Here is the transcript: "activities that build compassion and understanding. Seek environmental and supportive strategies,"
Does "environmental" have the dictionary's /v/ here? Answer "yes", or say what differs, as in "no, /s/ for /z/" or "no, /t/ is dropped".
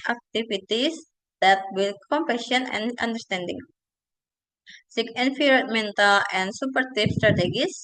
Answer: no, /f/ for /v/